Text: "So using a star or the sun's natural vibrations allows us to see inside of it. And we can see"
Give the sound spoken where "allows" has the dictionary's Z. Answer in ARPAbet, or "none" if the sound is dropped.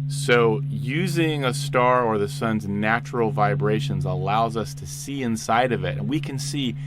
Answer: Z